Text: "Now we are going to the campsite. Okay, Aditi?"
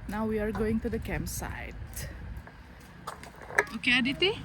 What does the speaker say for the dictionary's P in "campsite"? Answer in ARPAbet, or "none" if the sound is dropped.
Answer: none